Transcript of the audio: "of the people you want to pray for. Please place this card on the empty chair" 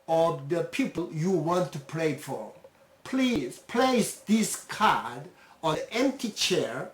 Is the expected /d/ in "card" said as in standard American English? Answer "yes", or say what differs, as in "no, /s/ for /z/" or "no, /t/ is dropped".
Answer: yes